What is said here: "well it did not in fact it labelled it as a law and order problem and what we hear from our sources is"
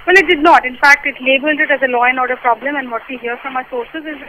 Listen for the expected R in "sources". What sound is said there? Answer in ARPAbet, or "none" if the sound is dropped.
R